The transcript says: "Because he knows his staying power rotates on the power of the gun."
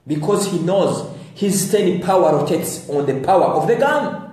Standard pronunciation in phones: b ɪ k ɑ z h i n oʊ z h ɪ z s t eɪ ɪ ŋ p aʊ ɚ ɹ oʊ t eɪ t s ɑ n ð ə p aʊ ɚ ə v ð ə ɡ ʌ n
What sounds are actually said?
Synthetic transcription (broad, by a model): b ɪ k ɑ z h i n oʊ z h ɪ z s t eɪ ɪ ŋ p aʊ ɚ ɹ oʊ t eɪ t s ɑ n ð ə p aʊ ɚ ə v ð ə ɡ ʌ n